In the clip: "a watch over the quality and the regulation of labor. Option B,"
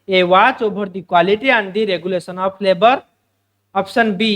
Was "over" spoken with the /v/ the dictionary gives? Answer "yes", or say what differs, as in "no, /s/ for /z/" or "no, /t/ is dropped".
no, /b/ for /v/